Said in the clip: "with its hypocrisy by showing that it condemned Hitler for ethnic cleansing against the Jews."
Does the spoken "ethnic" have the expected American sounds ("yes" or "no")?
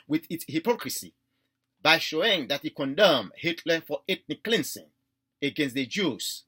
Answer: no